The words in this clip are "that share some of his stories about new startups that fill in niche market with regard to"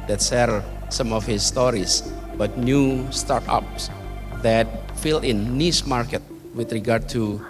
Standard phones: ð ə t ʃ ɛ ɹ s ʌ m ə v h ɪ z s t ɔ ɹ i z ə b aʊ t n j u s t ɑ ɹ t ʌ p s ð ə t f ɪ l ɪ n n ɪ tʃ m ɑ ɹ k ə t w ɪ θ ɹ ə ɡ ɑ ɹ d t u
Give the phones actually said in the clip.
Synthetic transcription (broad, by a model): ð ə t s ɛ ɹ s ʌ m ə f h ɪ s t ɔ ɹ i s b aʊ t n j u s t ɑ ɹ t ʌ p s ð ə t f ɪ l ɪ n n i s m ɑ ɹ k ə t w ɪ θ ɹ ə ɡ ɑ ɹ d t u